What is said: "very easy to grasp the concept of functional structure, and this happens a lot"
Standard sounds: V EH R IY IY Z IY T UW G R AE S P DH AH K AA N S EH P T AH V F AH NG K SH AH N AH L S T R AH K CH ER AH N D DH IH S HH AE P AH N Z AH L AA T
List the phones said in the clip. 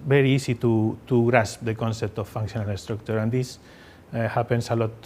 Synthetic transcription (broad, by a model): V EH R IY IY S IY T UW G R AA S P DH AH K AA N S EH P T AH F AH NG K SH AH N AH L S T R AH K CH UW AH N D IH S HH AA P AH N S AH L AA T